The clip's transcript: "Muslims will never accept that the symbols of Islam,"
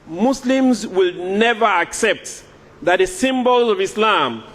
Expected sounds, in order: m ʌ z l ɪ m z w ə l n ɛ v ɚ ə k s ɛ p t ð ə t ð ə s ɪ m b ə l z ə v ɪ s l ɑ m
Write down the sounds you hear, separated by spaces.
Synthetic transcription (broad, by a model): m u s l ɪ m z w ə l n ɛ v ɚ ə k s ɛ p t ð ə t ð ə s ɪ m b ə l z ə v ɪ s l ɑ m